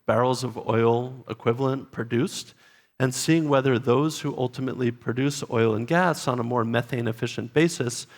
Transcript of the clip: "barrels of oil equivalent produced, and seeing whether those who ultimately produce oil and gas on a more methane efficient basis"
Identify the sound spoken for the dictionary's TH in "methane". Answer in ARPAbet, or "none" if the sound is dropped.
TH